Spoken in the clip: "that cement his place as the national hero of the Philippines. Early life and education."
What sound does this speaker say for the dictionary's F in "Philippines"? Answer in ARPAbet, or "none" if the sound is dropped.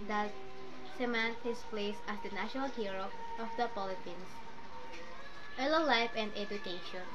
P